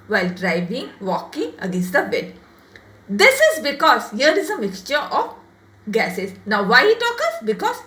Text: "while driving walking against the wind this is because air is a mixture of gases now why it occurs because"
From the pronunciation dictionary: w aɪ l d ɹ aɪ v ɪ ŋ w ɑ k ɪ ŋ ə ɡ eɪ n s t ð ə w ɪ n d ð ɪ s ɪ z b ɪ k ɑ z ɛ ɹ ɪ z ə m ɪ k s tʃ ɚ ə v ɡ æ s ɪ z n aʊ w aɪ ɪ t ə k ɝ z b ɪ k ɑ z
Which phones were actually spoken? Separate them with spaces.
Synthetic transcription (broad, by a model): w aɪ l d ɹ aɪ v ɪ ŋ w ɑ k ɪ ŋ ə ɡ eɪ n s t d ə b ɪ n d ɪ s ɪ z b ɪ k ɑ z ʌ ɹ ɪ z ə m ɪ k s tʃ ɚ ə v ɡ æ s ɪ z n aʊ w aɪ ɪ t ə k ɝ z b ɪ k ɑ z